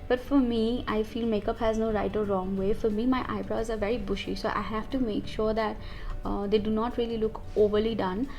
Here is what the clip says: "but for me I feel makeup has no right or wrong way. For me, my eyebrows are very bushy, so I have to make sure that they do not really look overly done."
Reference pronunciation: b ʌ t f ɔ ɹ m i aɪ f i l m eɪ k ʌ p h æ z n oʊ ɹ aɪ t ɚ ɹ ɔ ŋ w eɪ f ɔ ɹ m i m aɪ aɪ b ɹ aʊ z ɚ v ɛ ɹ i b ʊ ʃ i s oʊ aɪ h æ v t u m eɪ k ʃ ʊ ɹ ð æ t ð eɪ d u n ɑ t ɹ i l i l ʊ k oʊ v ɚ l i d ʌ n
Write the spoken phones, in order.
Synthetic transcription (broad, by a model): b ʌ t f ɔ ɹ m i aɪ f i l m eɪ k ʌ p h æ z n oʊ ɹ aɪ t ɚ ɹ ɔ ŋ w eɪ f ɔ ɹ m i m aɪ aɪ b ɹ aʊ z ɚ v ɛ ɹ i b ʊ ʃ i s oʊ aɪ h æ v t u m eɪ k ʃ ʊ ɹ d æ t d eɪ d u n ɑ t ɹ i l i l ʊ k oʊ v ɚ l i d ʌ n